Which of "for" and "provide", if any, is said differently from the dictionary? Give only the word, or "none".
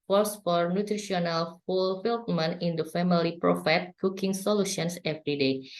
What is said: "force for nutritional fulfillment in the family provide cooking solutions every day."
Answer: provide